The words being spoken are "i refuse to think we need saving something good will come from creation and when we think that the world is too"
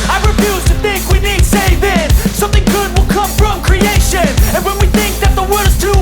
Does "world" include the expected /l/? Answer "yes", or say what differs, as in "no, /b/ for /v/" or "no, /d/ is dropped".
no, /l/ is dropped